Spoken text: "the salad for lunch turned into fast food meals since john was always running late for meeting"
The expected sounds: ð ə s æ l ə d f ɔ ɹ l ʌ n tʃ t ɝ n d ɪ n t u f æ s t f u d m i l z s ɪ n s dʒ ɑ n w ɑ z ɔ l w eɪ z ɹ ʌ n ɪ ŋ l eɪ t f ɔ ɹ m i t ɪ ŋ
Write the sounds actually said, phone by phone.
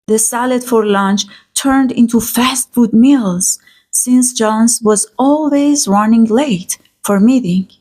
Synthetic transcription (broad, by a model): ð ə s æ l ə d f ɔ ɹ l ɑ n tʃ t ɝ n d ɪ n t u f æ s t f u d m i l z s ɪ n s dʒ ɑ n w ɑ z ɔ l w eɪ z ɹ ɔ n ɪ ŋ l eɪ t f ɔ ɹ m i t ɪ ŋ